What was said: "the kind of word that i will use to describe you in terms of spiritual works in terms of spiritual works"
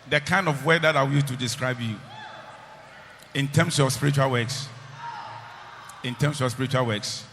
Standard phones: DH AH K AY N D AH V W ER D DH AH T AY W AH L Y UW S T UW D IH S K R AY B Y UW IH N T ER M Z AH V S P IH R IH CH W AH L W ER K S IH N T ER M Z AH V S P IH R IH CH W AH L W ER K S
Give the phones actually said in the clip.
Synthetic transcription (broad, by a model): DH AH K AY N D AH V W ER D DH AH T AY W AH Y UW T UW D IH S K R AY B Y UW IH N T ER M S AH S P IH R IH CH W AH L W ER K S IH N T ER M S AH S P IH R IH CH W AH L W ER K S